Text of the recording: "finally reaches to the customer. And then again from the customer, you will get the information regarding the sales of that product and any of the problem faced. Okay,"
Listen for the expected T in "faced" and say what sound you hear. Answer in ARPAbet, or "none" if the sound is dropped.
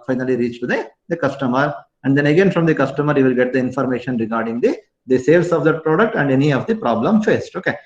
T